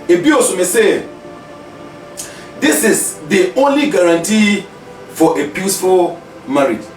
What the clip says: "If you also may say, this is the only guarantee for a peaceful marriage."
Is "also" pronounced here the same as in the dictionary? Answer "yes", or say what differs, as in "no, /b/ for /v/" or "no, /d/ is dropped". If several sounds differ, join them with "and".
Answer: no, /l/ is dropped